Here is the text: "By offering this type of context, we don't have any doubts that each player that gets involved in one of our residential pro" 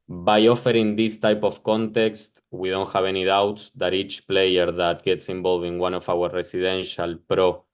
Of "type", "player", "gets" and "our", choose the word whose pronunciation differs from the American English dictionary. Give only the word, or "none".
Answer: none